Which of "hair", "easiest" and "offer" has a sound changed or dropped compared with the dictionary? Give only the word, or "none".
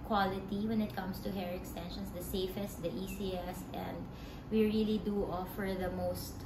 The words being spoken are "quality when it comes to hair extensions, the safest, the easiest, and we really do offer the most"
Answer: easiest